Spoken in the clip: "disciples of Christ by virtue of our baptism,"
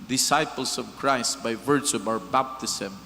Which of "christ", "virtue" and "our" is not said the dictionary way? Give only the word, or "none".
none